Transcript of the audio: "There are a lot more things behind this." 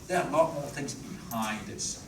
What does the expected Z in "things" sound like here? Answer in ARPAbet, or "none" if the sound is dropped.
Z